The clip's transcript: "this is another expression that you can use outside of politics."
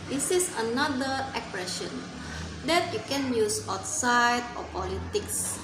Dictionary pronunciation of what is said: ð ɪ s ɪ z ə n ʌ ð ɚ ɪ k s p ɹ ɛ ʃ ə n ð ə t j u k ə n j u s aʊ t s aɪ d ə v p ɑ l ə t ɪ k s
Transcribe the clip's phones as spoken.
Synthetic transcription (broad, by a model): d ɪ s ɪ s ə n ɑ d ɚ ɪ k p ɹ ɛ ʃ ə n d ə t j u k ə n j u s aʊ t s aɪ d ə p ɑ l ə t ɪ k s